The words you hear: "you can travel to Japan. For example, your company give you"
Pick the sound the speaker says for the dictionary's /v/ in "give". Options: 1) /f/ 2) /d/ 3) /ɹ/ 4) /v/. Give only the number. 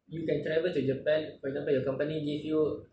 1